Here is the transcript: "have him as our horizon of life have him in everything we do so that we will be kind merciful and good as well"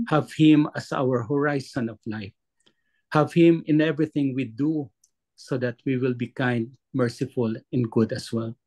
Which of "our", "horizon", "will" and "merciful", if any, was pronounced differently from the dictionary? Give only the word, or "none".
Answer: horizon